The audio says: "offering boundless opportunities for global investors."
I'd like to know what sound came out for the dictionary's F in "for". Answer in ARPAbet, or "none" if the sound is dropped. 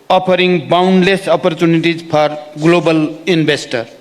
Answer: P